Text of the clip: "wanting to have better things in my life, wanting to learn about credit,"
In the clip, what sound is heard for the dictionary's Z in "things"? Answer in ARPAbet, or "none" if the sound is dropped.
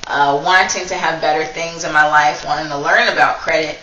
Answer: Z